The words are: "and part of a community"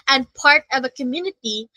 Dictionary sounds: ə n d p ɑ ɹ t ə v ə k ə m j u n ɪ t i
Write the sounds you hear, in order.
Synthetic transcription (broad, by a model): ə n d p ɑ ɹ t ə v ə k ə m j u n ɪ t i